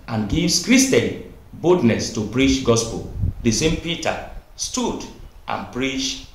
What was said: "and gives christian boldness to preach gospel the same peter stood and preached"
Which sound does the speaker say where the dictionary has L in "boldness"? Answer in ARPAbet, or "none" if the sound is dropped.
none